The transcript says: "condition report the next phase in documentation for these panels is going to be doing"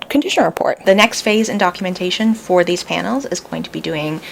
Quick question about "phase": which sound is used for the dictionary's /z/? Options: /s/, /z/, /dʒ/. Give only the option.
/z/